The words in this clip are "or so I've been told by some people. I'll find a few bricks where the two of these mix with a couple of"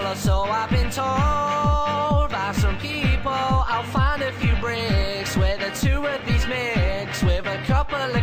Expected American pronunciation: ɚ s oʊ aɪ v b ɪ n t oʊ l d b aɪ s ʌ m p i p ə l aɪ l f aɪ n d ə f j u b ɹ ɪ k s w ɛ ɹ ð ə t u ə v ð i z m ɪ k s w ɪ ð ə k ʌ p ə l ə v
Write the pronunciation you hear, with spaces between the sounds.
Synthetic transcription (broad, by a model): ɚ s oʊ aɪ v b ɪ n t oʊ l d b aɪ s ʌ m p i p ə l aɪ l f aɪ n d ə f j u b ɹ ɪ k s w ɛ ð ə t u ə v ð i z m ɪ k s w ɪ ð ə k ʌ p ə l